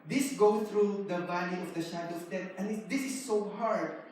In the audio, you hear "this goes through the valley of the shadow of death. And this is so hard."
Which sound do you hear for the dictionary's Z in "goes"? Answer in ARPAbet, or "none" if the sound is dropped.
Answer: none